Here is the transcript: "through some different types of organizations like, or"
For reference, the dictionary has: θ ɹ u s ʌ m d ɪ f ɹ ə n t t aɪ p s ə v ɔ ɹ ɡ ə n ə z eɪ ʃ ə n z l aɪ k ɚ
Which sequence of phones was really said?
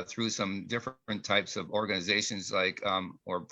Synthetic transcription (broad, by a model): θ ɹ u s ʌ m d ɪ f ɹ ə n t t aɪ p s ə v ɔ ɹ ɡ ə n ə z eɪ ʃ ə n z l aɪ k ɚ